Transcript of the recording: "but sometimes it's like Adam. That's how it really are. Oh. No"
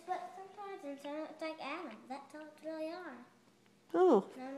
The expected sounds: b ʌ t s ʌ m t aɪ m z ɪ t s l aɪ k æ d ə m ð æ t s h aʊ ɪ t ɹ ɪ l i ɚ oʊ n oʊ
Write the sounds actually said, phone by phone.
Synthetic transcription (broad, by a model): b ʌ t s ʌ m t aɪ m z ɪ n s l aɪ k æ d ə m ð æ t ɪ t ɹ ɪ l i ɚ oʊ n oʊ